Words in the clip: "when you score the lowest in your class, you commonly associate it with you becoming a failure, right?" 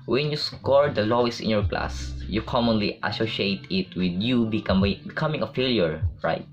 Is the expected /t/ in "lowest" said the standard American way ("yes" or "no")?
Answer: no